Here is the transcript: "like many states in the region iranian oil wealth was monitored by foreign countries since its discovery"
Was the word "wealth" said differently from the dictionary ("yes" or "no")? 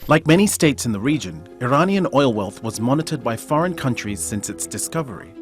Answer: no